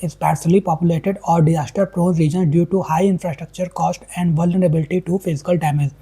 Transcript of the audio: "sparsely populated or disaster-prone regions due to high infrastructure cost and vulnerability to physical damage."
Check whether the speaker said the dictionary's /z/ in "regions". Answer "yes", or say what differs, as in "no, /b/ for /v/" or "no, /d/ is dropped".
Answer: no, /z/ is dropped